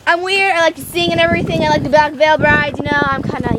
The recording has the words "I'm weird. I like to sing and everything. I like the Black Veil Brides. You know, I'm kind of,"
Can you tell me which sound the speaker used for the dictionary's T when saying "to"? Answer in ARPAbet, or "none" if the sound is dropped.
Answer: S